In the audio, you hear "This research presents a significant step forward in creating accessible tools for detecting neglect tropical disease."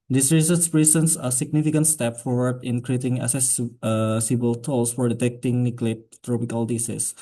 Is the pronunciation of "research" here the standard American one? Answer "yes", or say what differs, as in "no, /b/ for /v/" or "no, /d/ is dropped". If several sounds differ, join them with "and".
no, /s/ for /tʃ/